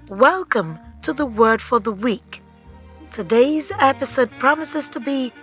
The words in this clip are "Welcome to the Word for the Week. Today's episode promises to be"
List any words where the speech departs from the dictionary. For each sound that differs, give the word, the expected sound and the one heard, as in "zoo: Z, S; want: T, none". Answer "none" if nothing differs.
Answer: none